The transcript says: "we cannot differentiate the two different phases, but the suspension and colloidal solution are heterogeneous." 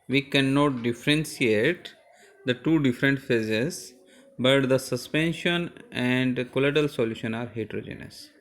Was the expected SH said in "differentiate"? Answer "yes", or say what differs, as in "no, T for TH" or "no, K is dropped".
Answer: no, S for SH